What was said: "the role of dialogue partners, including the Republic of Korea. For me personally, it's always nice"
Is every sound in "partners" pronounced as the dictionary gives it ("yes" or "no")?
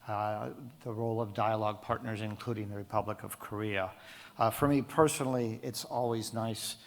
yes